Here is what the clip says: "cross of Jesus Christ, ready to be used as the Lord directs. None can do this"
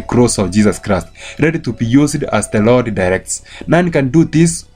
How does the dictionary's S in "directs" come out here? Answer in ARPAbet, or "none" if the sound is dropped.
S